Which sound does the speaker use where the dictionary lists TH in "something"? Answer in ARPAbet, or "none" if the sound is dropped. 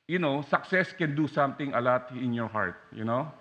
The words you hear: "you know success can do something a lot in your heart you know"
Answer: T